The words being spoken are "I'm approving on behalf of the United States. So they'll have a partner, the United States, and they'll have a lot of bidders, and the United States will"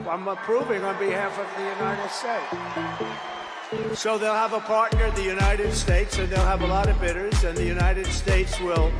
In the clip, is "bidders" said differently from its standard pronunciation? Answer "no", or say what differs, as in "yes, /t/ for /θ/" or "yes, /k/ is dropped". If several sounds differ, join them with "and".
no